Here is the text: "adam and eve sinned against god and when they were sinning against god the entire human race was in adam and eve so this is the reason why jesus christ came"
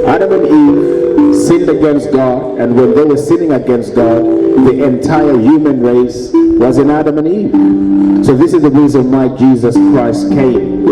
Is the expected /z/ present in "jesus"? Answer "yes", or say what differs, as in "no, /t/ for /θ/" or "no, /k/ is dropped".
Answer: yes